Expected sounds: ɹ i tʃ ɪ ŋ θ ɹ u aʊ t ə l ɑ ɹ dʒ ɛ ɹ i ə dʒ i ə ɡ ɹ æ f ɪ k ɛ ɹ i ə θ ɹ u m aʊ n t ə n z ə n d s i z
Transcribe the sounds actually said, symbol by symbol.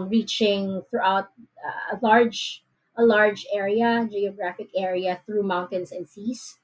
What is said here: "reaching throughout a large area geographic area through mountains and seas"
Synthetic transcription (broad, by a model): ɹ i tʃ ɪ ŋ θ ɹ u aʊ t ə l ɑ ɹ dʒ ɛ ɹ i ə dʒ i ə ɡ ɹ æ f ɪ k ɛ ɹ i ə θ ɹ u m aʊ n t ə n s ə n d s i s